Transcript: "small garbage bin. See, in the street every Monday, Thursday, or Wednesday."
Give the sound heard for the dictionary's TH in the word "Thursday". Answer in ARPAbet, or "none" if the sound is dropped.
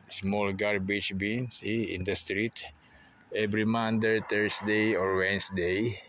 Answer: T